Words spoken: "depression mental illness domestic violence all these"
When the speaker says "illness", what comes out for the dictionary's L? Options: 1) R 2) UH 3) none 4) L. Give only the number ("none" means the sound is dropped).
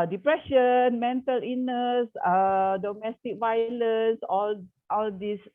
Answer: 3